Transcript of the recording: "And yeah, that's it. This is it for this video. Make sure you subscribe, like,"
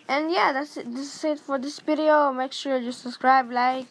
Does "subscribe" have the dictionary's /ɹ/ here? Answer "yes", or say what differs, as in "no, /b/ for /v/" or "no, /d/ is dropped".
yes